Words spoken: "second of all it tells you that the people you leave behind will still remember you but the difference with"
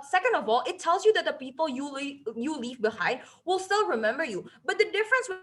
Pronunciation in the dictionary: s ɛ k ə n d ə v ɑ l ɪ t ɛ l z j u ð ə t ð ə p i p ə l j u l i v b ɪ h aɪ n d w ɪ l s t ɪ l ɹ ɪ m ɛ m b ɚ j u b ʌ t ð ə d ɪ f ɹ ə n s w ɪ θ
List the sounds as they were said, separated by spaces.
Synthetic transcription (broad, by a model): s ɛ k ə n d ə v ɑ l ɪ t ɛ l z j u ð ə t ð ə p i p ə l j u l i v b ɪ h aɪ n d w ɪ l s t ɪ l ɹ ɪ m ɛ m b ɚ j u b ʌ t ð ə d ɪ f ɹ ə n s w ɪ